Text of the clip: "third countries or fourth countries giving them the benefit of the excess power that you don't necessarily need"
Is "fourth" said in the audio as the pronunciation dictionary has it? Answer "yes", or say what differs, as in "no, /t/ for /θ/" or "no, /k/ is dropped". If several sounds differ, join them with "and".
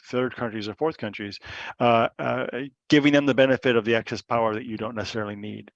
yes